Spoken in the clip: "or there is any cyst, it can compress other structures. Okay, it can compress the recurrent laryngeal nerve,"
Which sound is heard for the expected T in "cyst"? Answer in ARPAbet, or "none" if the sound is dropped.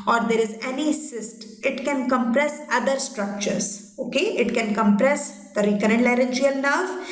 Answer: T